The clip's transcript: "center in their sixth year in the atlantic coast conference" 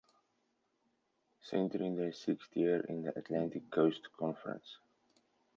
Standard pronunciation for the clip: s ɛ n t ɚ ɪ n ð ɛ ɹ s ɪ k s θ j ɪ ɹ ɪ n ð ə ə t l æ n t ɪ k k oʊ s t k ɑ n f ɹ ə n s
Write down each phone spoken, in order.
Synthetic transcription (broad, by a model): s ɛ n t ɚ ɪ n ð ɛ s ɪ k s t j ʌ ɹ ɪ n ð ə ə t l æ n t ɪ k k oʊ s t k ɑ n f ɹ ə n s